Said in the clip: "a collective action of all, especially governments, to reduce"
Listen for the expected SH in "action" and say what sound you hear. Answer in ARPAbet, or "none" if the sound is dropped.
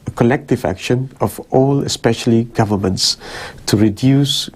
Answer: SH